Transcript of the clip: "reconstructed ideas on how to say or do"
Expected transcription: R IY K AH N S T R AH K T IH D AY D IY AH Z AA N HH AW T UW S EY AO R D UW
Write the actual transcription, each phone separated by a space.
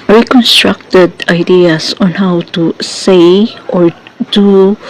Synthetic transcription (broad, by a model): R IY K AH N S T R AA K T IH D AY D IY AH S AA N HH AW T UW S EY AO R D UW